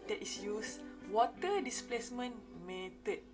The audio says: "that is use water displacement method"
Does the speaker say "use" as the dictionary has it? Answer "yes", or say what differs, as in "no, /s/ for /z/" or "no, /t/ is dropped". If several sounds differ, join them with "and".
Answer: yes